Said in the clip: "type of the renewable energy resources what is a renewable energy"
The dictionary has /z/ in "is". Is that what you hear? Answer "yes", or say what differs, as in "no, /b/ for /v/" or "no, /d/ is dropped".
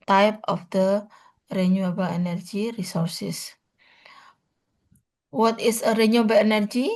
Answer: no, /s/ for /z/